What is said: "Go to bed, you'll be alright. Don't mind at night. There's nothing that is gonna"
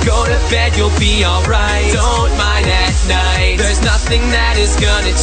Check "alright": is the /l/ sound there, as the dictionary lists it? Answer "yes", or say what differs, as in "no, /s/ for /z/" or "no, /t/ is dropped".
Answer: yes